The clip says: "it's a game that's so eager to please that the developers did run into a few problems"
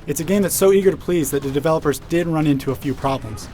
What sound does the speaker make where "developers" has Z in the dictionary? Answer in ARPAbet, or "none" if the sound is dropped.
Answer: Z